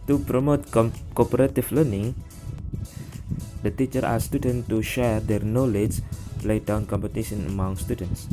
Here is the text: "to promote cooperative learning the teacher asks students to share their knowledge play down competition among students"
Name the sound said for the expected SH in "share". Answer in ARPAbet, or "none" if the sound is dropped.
SH